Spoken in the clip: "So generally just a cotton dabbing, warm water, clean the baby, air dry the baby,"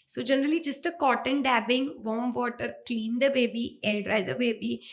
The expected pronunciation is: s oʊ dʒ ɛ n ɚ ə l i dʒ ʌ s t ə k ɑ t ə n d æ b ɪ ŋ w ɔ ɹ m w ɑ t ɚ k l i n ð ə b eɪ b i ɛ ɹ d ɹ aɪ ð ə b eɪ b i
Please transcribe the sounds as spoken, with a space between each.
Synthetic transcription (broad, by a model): s oʊ dʒ ɛ n ɚ ə l i dʒ ʌ s t ə k ɑ t ə n d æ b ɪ ŋ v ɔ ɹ m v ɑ t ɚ k l i n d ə b eɪ b i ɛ l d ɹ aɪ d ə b eɪ b i